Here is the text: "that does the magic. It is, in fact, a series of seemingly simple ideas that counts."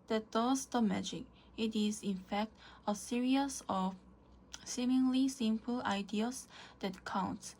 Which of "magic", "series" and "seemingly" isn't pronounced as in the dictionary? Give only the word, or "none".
series